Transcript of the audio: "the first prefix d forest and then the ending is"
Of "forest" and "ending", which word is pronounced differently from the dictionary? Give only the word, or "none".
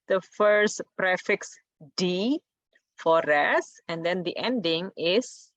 forest